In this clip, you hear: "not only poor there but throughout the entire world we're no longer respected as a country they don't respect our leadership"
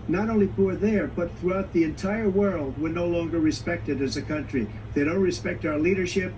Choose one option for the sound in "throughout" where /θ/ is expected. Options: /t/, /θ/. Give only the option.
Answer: /θ/